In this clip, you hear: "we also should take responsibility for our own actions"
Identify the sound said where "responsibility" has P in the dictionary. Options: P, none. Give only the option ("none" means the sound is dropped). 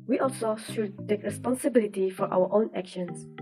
P